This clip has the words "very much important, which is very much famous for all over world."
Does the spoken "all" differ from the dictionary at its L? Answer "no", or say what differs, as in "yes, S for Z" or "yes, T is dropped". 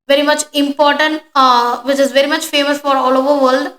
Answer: no